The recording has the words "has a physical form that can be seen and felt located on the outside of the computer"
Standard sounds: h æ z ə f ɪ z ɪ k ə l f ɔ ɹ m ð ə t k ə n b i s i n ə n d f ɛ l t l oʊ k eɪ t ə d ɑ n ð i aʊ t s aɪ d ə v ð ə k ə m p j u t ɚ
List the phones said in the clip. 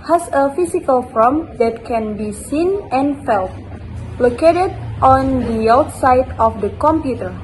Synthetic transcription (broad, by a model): h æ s ə f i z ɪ k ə l f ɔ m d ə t k ə n b i s i n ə n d f ɛ l t l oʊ k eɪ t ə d ɑ n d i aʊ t s aɪ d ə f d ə k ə m p j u t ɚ